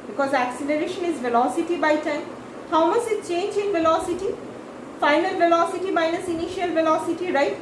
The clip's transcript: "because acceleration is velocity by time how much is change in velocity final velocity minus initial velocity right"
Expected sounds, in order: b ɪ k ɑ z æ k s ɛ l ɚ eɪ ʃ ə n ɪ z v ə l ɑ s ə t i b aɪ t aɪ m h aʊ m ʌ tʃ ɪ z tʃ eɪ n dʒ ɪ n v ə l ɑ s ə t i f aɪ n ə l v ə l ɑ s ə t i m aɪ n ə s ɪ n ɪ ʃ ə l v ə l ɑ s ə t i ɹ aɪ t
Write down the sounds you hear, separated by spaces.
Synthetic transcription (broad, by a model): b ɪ k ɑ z æ k s ɛ l ɚ eɪ ʃ ə n ɪ z v ə l ɑ s ə t i b aɪ t aɪ m h aʊ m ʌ s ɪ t tʃ eɪ n dʒ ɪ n v ə l ɑ s ə t i f aɪ n ə l v ə l ɑ s ə t i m aɪ n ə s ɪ n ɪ ʃ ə l v ə l ɑ s ə t i ɹ aɪ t